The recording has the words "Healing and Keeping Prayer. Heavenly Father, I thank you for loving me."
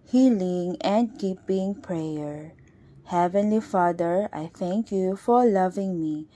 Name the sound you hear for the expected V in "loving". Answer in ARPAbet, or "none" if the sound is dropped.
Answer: V